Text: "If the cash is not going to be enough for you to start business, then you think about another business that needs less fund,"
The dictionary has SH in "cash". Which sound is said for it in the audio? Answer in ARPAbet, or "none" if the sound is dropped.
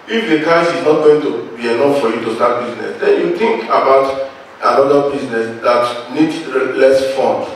S